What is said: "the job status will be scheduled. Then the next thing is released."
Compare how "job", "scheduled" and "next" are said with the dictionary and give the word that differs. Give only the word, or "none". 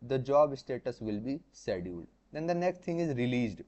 scheduled